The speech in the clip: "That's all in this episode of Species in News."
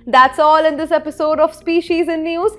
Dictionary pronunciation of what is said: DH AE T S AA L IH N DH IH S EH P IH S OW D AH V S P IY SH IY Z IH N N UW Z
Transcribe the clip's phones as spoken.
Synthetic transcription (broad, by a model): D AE T S AA L IH N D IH S EH P IH S OW D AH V S P IY SH IY Z IH N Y UW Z